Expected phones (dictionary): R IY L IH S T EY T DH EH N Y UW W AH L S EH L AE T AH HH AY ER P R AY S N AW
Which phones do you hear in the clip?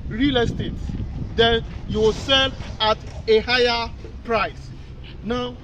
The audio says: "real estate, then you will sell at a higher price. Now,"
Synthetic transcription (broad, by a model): R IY L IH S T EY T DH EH N Y UW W S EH L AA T AH HH AY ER P R AY S N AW